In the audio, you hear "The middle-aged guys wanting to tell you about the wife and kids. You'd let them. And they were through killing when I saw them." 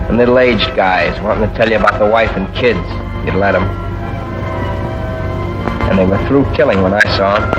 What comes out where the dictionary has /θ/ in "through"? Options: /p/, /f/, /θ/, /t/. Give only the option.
/θ/